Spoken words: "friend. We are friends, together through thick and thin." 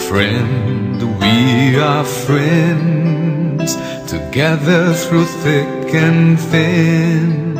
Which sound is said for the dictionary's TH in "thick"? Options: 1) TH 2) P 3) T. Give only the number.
1